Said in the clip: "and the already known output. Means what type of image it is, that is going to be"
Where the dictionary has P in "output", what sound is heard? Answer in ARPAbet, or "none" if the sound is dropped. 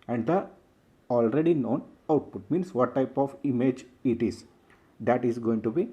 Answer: P